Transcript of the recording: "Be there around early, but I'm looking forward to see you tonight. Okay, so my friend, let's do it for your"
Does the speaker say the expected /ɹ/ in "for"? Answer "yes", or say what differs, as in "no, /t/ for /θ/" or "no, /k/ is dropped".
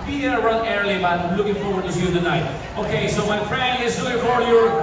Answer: no, /w/ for /ɹ/